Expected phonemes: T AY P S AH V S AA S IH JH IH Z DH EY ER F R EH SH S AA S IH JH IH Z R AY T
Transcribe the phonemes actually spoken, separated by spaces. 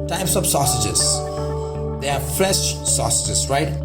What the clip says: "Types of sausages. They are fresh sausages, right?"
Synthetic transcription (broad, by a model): T AY P S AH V S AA S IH JH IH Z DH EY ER F L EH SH S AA S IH JH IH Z R AY T